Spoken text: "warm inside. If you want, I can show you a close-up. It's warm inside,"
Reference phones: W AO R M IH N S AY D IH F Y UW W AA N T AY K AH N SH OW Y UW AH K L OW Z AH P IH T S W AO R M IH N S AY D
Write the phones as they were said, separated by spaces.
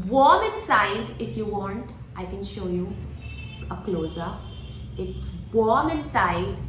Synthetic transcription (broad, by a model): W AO R M IH N S AY D IH F Y UW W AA N T AY K AH N SH OW Y UW AH K L OW Z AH IH T S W AO R M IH N S AY D